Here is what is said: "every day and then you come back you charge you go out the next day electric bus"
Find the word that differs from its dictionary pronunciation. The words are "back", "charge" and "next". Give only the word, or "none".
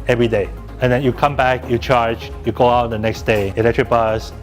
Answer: none